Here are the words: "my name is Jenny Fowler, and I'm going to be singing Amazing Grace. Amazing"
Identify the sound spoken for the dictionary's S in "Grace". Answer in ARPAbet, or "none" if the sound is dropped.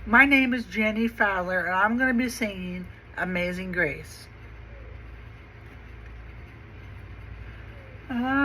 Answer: none